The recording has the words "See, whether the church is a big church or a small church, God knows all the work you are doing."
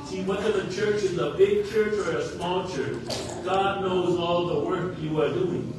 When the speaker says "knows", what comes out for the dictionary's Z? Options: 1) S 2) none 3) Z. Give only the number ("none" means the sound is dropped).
3